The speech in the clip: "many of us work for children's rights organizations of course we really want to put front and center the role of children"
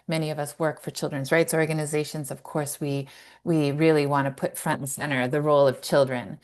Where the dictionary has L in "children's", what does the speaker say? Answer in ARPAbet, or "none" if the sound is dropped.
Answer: L